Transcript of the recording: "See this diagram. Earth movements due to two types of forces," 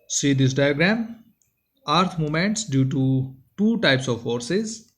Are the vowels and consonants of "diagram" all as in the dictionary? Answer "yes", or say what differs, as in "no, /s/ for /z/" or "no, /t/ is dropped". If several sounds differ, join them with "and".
yes